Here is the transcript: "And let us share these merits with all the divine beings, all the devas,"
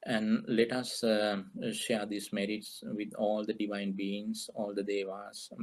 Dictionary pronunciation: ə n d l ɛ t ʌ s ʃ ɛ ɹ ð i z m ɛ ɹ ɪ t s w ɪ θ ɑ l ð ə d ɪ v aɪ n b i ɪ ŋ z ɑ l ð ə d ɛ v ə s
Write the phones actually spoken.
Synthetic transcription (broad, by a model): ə n d l ɛ t ʌ s ʃ ɛ ɹ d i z m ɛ ɹ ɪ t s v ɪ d ɑ l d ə d ɪ v aɪ n b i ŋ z ɑ l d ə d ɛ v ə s